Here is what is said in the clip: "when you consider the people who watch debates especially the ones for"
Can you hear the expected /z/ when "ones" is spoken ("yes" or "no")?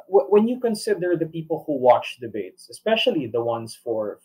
no